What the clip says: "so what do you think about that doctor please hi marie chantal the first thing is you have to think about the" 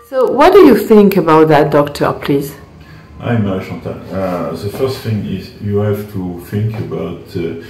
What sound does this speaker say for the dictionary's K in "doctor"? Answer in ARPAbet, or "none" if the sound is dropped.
K